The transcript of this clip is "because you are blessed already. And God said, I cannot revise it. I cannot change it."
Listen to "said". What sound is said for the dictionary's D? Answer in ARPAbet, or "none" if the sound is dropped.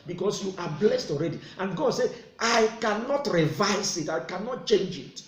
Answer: none